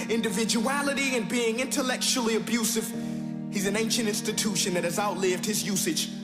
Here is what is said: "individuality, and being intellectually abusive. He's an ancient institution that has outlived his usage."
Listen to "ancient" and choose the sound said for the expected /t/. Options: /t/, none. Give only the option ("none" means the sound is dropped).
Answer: /t/